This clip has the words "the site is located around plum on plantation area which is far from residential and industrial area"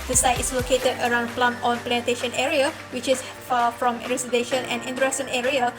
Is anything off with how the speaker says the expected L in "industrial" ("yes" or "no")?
yes